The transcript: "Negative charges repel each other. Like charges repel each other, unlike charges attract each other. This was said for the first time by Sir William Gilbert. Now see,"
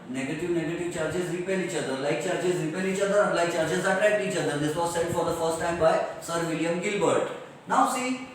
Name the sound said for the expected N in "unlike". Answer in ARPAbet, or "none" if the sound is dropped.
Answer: none